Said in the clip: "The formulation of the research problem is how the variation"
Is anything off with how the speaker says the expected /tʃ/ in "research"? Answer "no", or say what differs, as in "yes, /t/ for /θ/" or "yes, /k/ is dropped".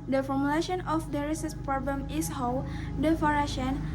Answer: yes, /s/ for /tʃ/